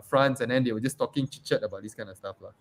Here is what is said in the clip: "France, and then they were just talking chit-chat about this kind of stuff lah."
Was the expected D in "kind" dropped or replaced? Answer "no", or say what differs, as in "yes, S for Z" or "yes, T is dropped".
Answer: yes, D is dropped